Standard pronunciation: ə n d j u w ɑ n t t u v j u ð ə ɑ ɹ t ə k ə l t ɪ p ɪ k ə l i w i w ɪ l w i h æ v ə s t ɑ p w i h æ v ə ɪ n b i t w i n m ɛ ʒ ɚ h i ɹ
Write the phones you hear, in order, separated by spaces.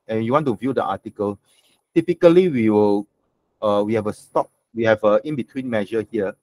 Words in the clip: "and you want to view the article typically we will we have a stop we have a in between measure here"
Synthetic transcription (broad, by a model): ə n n j u w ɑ n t t u v j u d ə ɑ t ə k ə l t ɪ p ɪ k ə l i w i w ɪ l w i h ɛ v ə s t ɑ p w i h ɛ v ə ɪ n b i t w i n m ɛ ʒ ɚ h i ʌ